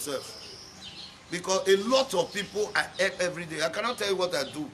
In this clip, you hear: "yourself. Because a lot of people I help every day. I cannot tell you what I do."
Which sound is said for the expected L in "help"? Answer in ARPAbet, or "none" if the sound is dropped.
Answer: none